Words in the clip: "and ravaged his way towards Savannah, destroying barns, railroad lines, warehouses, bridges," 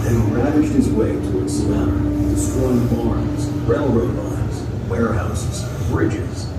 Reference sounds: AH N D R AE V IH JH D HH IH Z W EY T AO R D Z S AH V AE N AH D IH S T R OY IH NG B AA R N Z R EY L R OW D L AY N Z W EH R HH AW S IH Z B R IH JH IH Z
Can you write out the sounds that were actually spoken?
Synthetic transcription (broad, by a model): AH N R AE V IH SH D HH IH Z W EY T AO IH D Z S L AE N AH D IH S T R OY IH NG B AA R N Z R EY L R OW D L AY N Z W EH R HH AW S IH Z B R IH JH IH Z